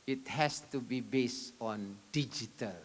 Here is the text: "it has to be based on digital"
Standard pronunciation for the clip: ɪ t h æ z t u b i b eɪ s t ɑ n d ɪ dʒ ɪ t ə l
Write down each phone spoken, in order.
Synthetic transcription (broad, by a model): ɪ t h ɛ s t u b i b eɪ s ɑ n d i dʒ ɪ t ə l